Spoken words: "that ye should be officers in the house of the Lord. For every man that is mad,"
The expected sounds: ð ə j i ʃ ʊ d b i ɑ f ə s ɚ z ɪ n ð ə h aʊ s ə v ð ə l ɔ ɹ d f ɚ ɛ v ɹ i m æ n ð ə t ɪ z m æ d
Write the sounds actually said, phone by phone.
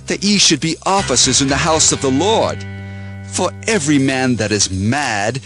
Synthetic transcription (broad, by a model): ð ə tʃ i ʃ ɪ d b i ɑ f ə s ɚ z ɪ n ð ə h aʊ s ə v ð ə l ɔ ɹ d f ɚ ɛ v ɹ i m æ n ð ə t ɪ z m æ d